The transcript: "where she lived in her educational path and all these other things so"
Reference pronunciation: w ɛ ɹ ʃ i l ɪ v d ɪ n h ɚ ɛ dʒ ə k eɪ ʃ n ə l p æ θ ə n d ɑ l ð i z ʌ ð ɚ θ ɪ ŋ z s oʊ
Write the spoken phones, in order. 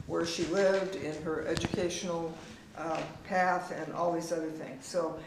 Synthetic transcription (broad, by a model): w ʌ ɹ ʃ i l ɪ v d ɪ n ɚ ɛ dʒ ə k eɪ ʃ n l p æ θ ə n ɑ l ð i z ʌ ð ɚ θ ɪ ŋ z s oʊ